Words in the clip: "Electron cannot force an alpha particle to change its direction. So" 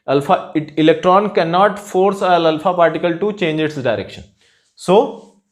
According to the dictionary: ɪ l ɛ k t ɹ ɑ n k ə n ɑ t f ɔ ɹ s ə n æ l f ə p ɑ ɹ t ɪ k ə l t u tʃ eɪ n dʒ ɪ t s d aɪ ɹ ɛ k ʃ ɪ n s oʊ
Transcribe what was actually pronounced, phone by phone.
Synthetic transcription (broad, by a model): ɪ l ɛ k t ɹ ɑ n k ə n ɑ t f ɔ ɹ s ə l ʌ l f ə p ɑ ɹ t ɪ k ə l t u tʃ eɪ n dʒ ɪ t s d aɪ ɹ ɛ k ʃ ɪ n s oʊ